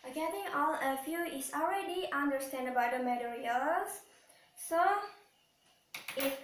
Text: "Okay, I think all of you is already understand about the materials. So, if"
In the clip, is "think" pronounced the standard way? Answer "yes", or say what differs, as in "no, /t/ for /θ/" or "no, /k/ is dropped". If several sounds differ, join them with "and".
no, /t/ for /θ/ and /k/ is dropped